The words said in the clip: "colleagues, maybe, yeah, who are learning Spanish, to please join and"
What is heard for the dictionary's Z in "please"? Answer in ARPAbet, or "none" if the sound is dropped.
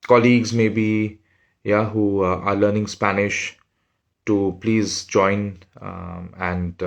Z